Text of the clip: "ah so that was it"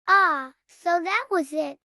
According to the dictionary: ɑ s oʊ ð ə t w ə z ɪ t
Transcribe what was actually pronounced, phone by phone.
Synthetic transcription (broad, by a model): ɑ s oʊ ð ə t w ə z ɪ t